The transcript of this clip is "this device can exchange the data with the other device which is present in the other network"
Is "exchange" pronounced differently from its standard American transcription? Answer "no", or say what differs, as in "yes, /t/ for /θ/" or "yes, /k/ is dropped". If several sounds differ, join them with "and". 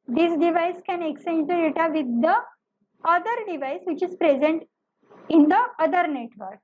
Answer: yes, /tʃ/ is dropped